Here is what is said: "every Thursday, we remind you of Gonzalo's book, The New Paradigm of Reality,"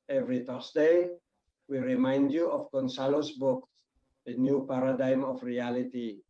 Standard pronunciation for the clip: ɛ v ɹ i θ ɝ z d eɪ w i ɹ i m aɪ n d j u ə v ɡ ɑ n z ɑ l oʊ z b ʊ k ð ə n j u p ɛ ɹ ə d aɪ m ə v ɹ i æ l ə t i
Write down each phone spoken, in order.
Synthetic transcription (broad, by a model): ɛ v ɹ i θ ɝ s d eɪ w i ɹ i m aɪ n d j u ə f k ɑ n s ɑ l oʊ s b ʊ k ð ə n j u p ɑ ɹ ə d aɪ m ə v ɹ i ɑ l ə t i